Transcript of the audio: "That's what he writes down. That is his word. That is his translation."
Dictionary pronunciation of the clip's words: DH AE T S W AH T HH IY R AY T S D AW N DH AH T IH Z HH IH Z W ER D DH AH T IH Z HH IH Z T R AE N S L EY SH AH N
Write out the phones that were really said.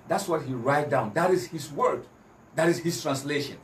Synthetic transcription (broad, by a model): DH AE T S W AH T HH IY R AY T D AW N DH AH T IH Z HH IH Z W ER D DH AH T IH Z HH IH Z T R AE N S L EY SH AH N